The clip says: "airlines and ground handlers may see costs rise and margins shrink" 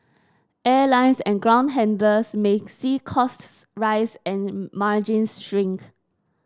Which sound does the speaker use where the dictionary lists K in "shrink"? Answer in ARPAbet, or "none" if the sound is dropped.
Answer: K